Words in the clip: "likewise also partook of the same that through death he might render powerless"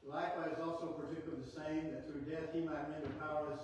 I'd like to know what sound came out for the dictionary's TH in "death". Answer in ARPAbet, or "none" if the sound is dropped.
TH